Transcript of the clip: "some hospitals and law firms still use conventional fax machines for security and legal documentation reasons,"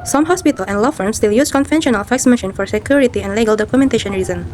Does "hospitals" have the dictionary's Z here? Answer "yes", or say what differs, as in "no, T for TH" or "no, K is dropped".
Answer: no, Z is dropped